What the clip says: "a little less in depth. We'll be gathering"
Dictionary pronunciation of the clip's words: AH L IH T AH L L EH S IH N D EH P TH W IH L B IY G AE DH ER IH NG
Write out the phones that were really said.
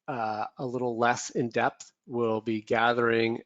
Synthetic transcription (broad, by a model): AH L IH T L L EH S IH N D EH P TH W IH L B IY G AE DH ER IH NG